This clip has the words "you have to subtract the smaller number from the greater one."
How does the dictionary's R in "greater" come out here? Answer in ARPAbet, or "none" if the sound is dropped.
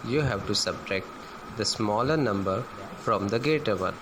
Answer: none